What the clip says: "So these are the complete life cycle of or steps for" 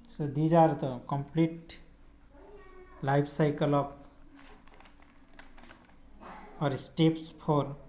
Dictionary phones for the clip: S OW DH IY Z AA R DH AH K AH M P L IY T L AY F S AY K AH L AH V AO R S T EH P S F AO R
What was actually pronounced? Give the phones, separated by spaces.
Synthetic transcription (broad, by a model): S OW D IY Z AA R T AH K AH M P L IY T L AY P S AY K AH L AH P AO R S T EH P S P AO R